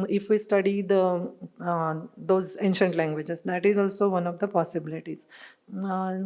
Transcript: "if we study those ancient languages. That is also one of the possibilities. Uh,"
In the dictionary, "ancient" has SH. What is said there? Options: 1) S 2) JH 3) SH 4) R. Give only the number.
3